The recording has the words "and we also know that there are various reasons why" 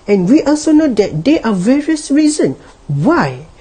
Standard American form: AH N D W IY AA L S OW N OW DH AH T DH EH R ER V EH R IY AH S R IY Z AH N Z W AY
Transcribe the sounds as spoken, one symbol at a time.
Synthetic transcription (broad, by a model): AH N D W IY AA L S OW N OW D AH T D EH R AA V EH R IY AH S R IY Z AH N W AY